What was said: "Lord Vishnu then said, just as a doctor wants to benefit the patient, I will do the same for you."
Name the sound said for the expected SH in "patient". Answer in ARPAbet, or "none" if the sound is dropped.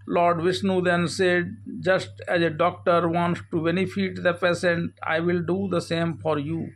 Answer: S